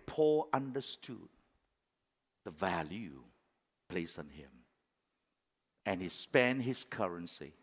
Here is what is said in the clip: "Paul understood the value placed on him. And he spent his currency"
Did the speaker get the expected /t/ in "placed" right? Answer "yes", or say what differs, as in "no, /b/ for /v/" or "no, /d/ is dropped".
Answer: no, /t/ is dropped